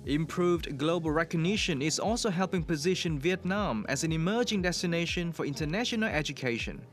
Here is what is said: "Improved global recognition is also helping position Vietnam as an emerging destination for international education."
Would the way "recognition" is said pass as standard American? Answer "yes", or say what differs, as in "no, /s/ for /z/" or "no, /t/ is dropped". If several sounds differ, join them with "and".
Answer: yes